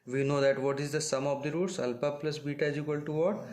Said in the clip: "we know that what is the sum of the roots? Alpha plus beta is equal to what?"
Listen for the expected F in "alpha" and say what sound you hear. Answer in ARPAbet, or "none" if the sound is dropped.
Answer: P